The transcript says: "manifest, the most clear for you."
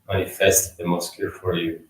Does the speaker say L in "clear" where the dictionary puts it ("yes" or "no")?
no